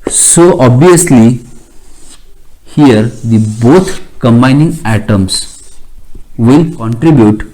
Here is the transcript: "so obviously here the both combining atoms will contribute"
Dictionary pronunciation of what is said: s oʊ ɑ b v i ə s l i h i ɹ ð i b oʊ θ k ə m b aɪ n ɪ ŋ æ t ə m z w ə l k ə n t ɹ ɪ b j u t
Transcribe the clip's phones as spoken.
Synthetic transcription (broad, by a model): s oʊ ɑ b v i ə s l i h i ɹ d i b oʊ t k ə m b aɪ n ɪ ŋ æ t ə m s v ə l k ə n t ɹ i b j u t